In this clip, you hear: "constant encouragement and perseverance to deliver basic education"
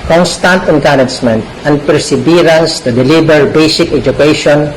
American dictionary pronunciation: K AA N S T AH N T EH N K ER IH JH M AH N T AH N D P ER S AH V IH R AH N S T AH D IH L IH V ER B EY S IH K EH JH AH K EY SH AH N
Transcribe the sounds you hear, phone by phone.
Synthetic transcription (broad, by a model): K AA N S T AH N T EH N K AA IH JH M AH N T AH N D P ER S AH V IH R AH N S T AH D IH L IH B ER B EY S IH K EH JH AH K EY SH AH N